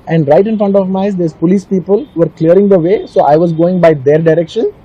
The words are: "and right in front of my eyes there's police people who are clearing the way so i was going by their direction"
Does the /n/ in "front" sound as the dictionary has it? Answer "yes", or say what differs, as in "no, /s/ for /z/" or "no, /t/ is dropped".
yes